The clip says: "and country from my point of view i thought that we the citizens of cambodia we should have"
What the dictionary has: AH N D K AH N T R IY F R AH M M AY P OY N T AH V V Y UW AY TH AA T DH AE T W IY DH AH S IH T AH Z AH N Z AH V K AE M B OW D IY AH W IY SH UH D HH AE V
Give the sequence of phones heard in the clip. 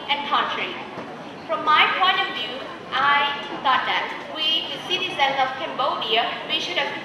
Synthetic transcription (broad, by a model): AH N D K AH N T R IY F R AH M M AY P OY N T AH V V Y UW AY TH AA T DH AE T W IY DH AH S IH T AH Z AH N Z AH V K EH M B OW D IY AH W IY SH UH D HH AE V